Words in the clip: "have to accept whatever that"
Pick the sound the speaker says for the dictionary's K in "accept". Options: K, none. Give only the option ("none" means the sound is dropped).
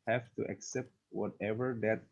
K